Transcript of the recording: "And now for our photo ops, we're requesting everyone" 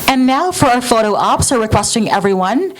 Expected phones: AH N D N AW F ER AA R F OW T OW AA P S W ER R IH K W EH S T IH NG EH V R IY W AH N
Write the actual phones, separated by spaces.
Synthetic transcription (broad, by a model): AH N N AW F ER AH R F OW T OW AA P S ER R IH K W EH S T IH NG EH V R IY W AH N